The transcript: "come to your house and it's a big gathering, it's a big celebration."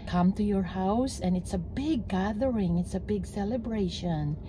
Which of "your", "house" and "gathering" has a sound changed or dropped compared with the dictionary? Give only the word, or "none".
none